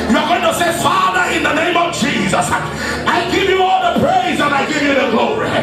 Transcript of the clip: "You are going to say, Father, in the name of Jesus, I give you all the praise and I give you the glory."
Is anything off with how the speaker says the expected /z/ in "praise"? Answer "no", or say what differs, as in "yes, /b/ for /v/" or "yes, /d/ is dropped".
no